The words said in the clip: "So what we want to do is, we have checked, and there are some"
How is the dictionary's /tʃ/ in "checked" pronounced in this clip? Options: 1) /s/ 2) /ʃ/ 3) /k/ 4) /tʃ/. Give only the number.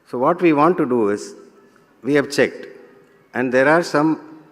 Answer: 4